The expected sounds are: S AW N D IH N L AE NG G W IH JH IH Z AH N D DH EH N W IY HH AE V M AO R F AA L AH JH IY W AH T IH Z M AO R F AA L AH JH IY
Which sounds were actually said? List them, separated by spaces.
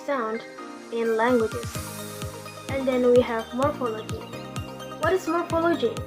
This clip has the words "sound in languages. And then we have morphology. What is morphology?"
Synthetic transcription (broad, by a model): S AW N D IH N L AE NG G W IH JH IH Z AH N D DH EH N W IY HH AE V M AO R F AA L AH JH IY W AH T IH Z M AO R F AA L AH JH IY